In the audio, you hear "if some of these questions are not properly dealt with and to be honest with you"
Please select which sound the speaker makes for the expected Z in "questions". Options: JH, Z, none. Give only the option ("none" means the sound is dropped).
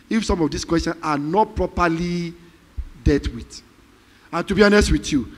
none